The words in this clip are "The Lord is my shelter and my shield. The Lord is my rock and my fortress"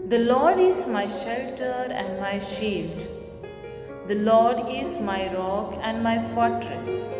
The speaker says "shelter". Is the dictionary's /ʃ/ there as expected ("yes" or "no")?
yes